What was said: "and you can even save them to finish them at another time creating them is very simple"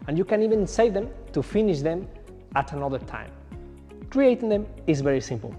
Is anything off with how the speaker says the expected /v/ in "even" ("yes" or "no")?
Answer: no